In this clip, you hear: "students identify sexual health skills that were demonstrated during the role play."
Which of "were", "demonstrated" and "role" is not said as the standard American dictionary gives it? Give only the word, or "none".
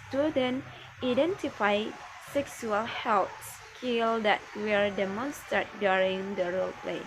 demonstrated